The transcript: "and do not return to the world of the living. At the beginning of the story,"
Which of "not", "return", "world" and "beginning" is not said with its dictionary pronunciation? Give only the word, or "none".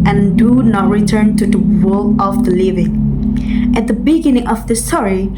world